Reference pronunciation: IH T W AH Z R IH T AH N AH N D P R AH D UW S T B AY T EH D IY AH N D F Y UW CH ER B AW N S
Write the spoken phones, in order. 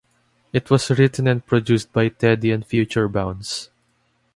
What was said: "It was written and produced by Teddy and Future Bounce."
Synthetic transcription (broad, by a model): IH T W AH S R IH T AH N AH N D P R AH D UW S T B AY T EH D IY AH N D F Y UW CH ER B AW N S